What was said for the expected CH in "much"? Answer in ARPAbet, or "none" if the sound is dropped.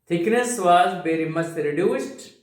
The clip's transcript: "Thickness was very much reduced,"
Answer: S